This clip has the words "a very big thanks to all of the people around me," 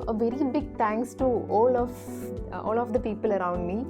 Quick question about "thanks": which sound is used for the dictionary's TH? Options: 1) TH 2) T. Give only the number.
2